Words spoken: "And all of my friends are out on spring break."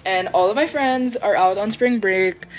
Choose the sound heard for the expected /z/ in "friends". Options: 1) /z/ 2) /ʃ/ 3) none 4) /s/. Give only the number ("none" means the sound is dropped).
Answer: 1